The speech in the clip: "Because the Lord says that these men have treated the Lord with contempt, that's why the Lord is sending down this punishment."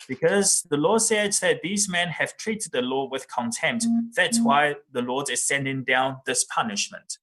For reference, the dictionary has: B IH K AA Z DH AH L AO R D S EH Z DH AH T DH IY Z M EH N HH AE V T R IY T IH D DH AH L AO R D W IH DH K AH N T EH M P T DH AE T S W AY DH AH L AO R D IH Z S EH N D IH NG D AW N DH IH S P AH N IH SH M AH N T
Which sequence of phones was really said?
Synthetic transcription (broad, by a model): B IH K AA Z DH AH L AO S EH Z DH AH T DH IY Z M EH N HH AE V T R IY T IH D DH AH L AO W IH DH K AH N T EH M P T DH AE T S W AY DH AH L AO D IH Z S EH N D IH NG D AW N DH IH S P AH N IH SH M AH N T